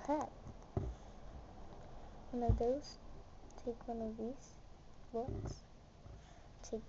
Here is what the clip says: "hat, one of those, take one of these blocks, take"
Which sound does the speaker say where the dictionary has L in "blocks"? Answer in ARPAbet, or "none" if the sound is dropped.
none